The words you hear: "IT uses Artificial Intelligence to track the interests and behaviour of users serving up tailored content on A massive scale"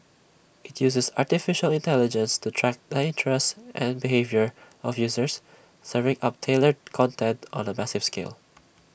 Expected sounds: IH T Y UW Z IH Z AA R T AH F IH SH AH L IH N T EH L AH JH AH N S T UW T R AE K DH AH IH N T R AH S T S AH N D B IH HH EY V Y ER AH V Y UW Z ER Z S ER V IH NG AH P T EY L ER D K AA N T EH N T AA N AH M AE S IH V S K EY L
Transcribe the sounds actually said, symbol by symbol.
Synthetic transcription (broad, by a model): IH T Y UW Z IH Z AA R T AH F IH SH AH L IH N T EH L AH JH AH N S T UW T R AE K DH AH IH N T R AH S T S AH N B IH HH EY V Y ER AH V Y UW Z ER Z S ER V IH NG AH P T EY L ER D K AA N T EH N T AA N AH M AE S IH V S K EY L